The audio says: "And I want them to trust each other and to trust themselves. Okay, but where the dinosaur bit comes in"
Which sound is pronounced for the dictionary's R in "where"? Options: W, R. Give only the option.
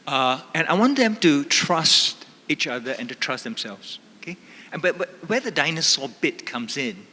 W